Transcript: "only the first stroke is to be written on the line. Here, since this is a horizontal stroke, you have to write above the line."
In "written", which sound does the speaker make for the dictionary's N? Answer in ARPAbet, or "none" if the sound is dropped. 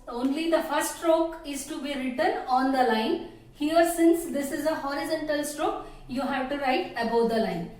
N